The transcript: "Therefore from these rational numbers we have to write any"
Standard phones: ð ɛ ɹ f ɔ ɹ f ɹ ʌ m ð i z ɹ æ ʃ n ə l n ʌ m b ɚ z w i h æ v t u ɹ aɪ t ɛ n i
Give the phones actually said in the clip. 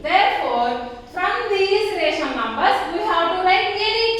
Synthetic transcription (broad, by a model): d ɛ ɹ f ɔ ɹ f ɹ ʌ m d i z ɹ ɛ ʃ ə n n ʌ m b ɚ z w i h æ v t u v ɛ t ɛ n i